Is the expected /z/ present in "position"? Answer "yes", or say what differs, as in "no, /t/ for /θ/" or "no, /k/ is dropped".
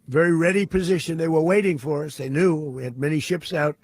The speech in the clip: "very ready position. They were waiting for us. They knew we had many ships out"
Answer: yes